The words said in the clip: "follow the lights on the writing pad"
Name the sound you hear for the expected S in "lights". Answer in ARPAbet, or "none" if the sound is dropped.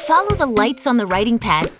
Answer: S